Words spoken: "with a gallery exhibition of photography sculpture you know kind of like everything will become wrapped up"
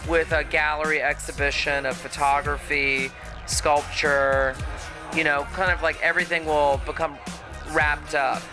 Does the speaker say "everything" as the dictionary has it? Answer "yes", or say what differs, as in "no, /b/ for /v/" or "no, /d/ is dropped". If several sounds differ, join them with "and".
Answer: yes